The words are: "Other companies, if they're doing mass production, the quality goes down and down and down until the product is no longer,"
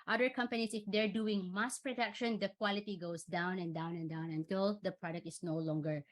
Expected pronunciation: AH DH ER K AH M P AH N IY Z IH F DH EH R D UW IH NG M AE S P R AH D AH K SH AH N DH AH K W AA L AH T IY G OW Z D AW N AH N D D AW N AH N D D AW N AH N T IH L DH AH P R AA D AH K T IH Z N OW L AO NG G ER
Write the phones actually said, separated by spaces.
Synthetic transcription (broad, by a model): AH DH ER K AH M P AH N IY S IH F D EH R D UW IH NG M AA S P R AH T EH K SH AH N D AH K W AA L AH T IY G OW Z D AW N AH N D D AW N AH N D D AW N AH N T IH L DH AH P R AA D AH K T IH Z N OW L AO NG G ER